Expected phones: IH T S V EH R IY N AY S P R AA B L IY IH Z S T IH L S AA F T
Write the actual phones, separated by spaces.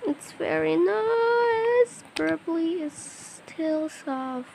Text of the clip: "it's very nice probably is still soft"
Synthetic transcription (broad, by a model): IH T S V EH R IY N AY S B R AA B L IY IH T S T IH L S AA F